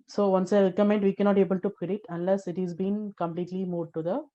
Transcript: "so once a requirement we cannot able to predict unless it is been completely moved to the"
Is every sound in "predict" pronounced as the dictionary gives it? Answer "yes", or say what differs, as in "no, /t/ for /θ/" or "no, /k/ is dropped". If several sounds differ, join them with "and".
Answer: no, /k/ is dropped